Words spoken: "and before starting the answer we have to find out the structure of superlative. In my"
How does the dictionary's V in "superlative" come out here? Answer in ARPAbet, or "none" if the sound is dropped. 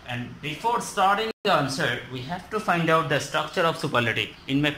none